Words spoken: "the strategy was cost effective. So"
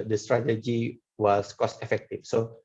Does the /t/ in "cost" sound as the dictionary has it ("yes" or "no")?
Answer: yes